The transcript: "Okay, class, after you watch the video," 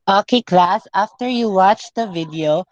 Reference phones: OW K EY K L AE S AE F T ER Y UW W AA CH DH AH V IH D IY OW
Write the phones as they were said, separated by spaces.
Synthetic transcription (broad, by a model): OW K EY K L AE S AE F T ER Y UW W AA CH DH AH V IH D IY OW